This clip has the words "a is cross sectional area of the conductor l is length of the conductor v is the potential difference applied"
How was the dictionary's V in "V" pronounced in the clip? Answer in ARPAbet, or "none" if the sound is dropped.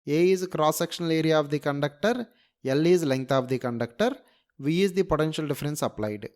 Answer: V